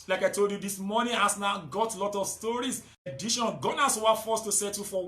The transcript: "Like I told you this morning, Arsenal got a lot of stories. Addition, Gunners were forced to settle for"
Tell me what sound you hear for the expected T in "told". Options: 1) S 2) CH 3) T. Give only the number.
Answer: 3